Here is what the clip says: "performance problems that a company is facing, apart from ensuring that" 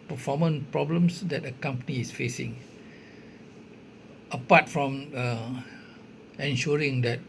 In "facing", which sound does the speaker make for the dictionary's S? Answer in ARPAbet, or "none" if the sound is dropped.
S